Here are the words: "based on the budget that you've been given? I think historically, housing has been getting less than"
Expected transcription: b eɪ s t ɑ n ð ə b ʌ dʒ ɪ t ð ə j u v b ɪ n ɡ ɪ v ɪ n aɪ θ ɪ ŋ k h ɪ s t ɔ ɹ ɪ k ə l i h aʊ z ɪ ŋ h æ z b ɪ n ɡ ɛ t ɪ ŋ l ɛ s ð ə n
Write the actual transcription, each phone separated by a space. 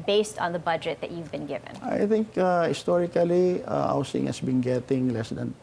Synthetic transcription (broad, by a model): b eɪ s t n ð ə b ʌ dʒ ɪ t ð ə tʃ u v b ɪ n ɡ ɪ v ɪ n aɪ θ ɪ ŋ k h ɪ s t ɔ ɹ ɪ k ə l i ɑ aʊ s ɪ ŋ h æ s b ɪ n ɡ ɛ t ɪ ŋ l ɛ s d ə n